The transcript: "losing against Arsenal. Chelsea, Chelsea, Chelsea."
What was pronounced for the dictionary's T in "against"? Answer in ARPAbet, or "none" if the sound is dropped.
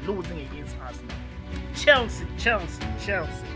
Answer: none